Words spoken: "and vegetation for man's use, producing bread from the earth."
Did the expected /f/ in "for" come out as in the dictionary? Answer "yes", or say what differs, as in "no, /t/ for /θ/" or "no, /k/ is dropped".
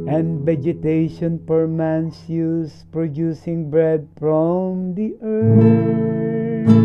no, /p/ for /f/